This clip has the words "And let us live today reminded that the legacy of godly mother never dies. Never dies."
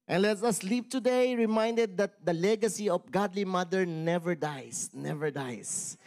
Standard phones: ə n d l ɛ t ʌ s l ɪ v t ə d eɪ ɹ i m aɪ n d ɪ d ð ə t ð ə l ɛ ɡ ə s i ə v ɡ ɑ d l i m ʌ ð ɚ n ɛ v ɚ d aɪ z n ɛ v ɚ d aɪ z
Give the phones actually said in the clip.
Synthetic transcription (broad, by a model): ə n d l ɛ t ʌ s l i p t ə d eɪ ɹ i m aɪ n d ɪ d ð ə t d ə l ɛ ɡ ə s i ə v ɡ ɑ d l i m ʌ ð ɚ n ɛ v ɚ d aɪ s n ɛ v ɚ d aɪ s